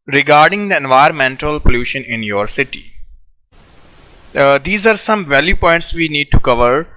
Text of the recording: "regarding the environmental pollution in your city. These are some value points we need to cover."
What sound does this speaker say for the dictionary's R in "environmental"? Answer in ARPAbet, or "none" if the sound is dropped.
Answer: none